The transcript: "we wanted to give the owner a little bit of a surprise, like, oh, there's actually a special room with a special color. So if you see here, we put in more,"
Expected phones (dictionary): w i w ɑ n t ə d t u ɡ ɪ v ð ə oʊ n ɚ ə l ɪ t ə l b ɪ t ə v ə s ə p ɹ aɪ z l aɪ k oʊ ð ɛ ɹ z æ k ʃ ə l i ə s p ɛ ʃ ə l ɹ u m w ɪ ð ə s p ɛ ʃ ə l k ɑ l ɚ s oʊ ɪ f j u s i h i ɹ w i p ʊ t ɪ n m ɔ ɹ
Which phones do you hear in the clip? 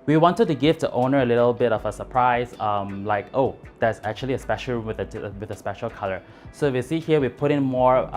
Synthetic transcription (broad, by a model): w i w ɑ n t ə d t u ɡ ɪ v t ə oʊ n ɚ ə l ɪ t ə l b ɪ t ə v ə s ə p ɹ aɪ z l aɪ k oʊ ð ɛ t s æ k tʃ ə l i ə s p ɛ ʃ ə l w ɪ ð w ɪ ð ə s p ɛ ʃ ə l k ɑ l ɚ s oʊ ɪ f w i s i h i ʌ w i p ʊ t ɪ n m ɔ ɹ